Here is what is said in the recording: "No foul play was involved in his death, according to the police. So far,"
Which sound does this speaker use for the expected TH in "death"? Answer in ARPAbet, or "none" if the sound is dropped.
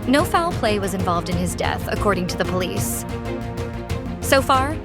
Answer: TH